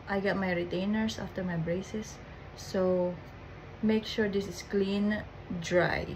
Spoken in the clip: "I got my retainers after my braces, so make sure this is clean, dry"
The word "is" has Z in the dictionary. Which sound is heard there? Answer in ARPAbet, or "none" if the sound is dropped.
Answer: S